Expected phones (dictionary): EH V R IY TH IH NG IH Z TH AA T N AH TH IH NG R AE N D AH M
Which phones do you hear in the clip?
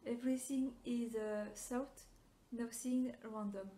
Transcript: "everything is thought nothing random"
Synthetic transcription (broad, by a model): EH V R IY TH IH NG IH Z S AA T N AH S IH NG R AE N D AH M